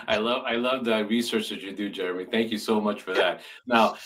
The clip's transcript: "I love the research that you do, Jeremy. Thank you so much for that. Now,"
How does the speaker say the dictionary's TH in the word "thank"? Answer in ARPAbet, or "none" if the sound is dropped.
TH